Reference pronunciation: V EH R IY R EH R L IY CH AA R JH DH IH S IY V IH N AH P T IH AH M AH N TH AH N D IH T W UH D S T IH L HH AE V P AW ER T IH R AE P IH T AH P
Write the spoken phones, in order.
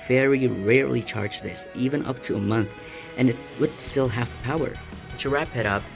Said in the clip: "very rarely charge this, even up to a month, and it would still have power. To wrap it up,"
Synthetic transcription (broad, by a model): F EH R IY R EH R L IY CH AA R JH DH IH S IY V IH N AH P T IH AH M AH N TH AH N IH T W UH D S T IH L HH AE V P AW ER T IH R AE P IH T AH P